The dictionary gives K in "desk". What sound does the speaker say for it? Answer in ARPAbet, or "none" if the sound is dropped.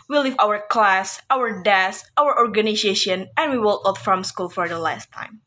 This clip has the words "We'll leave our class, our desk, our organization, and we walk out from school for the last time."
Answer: none